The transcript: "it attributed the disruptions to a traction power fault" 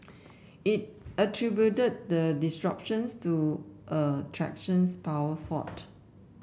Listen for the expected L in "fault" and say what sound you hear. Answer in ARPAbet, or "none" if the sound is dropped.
none